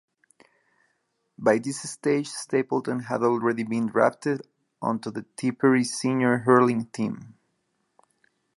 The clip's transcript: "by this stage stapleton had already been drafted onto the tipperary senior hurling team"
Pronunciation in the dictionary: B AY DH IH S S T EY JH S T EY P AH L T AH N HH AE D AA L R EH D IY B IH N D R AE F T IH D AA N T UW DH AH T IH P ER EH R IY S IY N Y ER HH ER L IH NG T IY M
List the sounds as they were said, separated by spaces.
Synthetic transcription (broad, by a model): B AY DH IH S S T EY JH S T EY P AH L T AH N HH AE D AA L R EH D IY B IH N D R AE P T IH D AA N T UW DH AH T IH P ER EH R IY S IY N Y ER HH ER L IH NG T IY M